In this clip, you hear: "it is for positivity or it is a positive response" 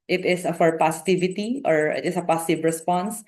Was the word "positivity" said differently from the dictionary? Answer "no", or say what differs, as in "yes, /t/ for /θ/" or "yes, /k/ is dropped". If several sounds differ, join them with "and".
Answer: yes, /s/ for /z/